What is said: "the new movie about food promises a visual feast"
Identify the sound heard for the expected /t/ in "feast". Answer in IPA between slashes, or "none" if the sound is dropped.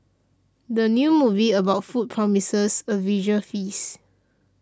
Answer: none